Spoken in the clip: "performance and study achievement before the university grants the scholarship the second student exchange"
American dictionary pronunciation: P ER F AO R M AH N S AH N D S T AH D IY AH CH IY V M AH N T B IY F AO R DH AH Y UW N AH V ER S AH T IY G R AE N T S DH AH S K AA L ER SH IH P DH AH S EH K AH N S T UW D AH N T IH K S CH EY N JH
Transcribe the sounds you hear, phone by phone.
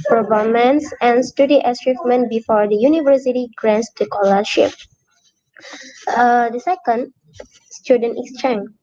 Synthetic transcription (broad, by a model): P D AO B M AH N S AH N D S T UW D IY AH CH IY F M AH N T B IY F AO R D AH Y UW N AH V ER S AH T IY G R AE N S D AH K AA L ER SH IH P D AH S EH K AH N S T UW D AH N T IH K S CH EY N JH